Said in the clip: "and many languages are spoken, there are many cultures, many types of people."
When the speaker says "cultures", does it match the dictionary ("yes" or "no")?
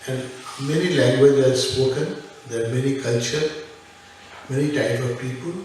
no